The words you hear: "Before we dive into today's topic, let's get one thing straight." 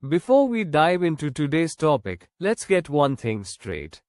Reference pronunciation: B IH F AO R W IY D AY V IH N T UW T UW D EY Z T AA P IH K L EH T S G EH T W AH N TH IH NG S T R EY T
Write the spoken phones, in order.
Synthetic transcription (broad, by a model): B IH F AO R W IY D AY V IH N T UW T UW D EY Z T AA P IH K L EH T S G EH T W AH N T IH NG S T R EY T